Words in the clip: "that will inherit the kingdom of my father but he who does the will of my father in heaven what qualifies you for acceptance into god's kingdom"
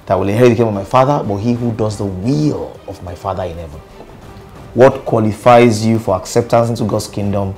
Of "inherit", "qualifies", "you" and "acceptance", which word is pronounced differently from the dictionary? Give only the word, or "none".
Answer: inherit